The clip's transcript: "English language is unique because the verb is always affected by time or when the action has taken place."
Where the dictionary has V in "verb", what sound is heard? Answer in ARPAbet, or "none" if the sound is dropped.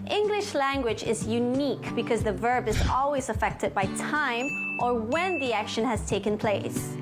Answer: V